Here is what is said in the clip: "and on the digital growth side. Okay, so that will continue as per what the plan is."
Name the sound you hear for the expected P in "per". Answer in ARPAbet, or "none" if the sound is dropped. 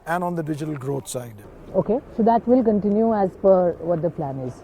F